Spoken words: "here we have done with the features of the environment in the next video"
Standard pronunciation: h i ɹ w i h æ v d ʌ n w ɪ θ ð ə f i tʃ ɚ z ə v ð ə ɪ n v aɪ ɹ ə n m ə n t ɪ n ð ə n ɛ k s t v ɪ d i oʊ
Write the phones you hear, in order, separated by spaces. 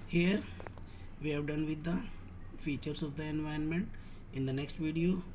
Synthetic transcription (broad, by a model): h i ɹ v i h æ v d ʌ n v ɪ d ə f i tʃ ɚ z ə v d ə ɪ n v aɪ ə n m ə n t ɪ n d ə n ɛ k s t v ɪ d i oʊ